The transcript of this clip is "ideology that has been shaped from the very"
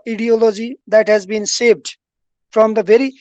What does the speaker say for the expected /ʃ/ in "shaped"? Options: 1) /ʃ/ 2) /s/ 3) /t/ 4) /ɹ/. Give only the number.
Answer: 2